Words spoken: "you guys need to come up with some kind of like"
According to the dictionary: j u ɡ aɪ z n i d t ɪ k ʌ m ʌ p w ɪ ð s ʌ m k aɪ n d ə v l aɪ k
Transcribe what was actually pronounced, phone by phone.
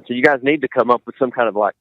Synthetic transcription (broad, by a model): j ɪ ɡ aɪ z n i d t ɪ k ʌ m ʌ p w ɪ ð s ʌ m k aɪ n d ə v l aɪ k